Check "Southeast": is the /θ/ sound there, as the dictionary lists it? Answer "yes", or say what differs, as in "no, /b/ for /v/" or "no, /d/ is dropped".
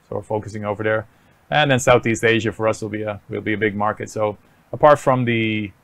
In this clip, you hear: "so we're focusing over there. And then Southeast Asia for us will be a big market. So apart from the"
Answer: yes